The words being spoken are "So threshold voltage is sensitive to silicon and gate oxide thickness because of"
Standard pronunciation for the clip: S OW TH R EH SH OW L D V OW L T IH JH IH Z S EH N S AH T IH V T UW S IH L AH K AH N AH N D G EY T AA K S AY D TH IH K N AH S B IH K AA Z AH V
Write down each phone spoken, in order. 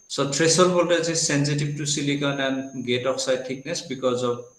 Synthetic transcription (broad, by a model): S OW T R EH S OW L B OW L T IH Z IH S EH N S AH T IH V T UW S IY L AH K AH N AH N G EY T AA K S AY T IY K N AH S B IH K AA Z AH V